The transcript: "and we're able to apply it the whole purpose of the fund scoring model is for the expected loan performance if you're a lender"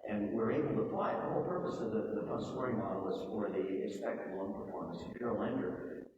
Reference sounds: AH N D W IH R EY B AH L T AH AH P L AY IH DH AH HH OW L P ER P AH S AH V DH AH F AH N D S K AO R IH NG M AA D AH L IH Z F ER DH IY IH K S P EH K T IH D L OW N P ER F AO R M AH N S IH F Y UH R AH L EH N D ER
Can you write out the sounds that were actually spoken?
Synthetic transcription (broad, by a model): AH N W IH R EY B L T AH AH P L AY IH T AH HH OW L P ER P AH S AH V DH AH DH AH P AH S AO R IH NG M AA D L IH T F ER DH IY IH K S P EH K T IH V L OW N P ER F AO R M AH N S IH P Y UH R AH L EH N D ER